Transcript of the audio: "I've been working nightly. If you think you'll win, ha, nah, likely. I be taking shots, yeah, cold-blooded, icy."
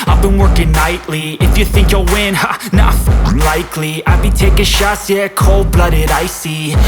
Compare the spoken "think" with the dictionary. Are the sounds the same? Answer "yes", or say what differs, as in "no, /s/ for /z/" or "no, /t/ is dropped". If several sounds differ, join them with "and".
yes